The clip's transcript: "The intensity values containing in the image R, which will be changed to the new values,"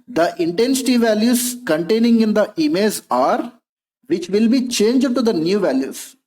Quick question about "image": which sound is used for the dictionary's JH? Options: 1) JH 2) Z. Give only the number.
2